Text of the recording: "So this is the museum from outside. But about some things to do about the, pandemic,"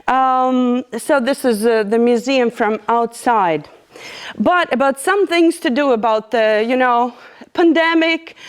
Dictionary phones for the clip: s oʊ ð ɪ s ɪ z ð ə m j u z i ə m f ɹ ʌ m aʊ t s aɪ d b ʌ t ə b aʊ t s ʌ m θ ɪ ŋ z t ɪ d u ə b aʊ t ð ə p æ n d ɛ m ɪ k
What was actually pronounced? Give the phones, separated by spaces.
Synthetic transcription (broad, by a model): s oʊ ð ɪ s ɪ z ð ə m j u z i ə m f ɹ ʌ m aʊ t s aɪ d b ʌ t ə b aʊ t s ʌ m θ ɪ ŋ z t ɪ d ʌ ə b aʊ t ð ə p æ n d ɛ m ɪ k